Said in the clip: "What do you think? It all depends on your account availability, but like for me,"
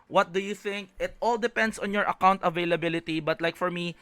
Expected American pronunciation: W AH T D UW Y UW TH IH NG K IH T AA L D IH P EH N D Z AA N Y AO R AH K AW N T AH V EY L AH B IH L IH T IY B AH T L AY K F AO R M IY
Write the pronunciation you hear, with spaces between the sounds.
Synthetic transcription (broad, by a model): W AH T D UW Y UW TH IH NG K IH T AA L D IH P EH N D S AA N Y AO R AH K AW N T AH V EY L AH B IH L IH T IY B AH T L AY K F AO R M IY